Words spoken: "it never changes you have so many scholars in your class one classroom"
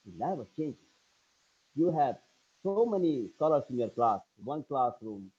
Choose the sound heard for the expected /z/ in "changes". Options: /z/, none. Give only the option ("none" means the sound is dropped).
none